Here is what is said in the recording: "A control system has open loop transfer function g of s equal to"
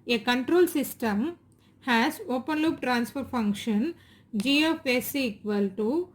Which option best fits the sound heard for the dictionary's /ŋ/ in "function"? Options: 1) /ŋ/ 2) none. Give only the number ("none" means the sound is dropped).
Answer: 1